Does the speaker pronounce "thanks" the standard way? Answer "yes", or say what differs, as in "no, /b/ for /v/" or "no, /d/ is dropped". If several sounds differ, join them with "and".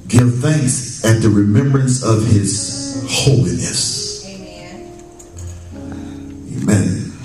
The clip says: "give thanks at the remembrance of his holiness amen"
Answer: yes